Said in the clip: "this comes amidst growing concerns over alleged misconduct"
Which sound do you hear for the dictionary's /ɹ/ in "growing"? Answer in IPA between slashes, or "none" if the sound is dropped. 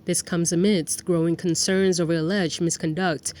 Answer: /ɹ/